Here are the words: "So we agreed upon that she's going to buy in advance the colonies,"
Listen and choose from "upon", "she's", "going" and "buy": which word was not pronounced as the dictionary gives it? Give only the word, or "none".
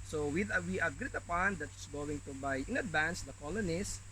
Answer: she's